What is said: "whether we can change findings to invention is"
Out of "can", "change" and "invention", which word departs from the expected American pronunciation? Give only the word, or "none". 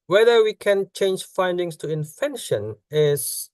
invention